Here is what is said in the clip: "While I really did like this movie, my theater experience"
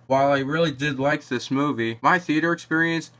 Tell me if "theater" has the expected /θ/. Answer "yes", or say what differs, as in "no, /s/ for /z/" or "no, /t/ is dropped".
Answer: yes